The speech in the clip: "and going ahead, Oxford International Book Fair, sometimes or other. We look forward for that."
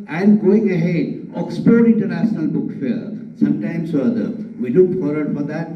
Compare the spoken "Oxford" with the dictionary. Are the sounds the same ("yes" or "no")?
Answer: no